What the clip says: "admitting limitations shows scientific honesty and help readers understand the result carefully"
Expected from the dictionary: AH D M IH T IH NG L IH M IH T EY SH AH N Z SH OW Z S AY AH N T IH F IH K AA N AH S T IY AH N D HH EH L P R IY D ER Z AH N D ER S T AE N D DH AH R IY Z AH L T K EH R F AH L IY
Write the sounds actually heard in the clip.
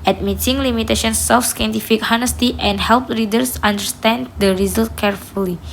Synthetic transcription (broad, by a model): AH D M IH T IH NG L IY M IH T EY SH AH N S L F S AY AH N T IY F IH K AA N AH S T IY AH N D HH EH L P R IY D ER S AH N D ER S T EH N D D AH R IY Z AH L T K EH R F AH L IY